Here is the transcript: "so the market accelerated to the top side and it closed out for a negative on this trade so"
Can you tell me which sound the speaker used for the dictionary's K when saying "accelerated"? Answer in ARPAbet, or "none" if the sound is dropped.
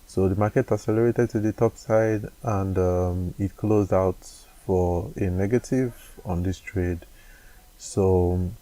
none